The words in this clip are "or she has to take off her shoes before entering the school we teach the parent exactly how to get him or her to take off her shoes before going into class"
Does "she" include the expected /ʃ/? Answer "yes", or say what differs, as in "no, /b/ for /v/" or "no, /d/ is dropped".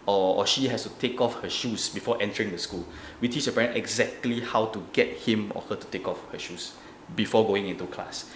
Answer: yes